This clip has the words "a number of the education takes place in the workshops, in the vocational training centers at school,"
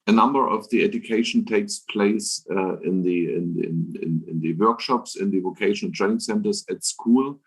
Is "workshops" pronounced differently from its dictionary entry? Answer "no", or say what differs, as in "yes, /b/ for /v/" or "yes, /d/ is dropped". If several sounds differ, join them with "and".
no